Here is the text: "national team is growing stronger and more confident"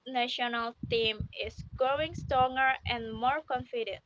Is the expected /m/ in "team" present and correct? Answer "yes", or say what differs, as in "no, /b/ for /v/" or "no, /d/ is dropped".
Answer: yes